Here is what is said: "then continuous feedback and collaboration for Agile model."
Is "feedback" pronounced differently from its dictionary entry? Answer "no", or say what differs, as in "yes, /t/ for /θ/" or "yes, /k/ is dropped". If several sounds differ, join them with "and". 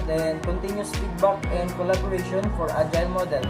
yes, /p/ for /f/